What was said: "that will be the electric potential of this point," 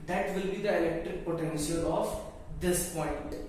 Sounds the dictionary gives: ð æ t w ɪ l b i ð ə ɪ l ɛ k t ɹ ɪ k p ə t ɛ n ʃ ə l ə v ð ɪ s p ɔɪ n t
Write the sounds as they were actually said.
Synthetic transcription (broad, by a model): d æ t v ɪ l b i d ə ɪ l ɛ k t ɹ ɪ k p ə t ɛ n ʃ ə l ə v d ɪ s p ɔɪ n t